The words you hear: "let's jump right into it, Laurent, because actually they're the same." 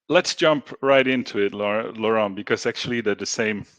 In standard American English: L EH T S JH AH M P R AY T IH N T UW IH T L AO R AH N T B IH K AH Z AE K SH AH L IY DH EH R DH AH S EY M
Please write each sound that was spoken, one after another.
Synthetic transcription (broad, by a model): L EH T S JH AH M P R AY T IH N T UW IH T L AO R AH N B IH K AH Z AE K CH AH L IY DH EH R DH AH S EY M